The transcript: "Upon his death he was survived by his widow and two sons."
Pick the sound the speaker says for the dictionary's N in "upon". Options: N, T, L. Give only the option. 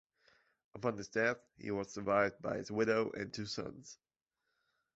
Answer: N